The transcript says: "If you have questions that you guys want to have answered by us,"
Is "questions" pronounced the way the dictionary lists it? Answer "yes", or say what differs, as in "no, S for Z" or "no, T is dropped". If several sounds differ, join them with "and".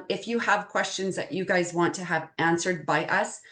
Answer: yes